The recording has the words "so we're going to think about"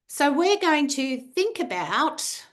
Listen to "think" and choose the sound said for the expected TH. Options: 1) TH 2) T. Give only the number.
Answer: 1